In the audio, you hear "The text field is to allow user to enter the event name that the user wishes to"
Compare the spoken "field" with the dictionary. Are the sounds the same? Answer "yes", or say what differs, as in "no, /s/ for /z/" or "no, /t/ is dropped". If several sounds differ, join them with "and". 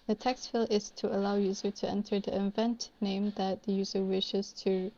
no, /d/ is dropped